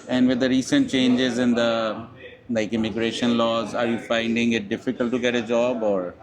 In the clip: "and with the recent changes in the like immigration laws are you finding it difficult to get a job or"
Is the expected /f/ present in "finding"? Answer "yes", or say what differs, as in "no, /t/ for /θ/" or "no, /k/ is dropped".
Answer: yes